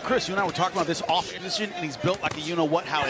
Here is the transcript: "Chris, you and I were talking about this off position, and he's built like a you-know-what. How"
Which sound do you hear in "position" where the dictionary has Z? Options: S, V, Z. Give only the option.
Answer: Z